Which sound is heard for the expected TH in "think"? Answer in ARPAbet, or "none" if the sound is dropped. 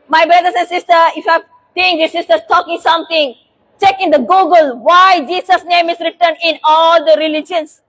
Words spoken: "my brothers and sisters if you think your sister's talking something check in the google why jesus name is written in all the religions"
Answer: S